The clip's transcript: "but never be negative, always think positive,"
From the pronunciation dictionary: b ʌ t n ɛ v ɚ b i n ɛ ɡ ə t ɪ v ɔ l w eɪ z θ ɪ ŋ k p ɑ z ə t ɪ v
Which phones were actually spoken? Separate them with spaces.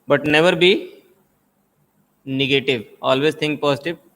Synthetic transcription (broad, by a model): b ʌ t n ɛ v ɚ b i n ɛ ɡ ə t ɪ v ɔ l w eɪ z t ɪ ŋ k p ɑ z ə t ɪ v